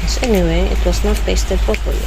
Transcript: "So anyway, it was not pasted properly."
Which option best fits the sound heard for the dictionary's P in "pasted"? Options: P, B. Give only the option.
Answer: B